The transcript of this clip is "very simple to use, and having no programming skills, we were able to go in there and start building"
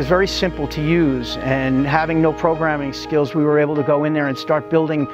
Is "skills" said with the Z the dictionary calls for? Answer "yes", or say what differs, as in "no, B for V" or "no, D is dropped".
yes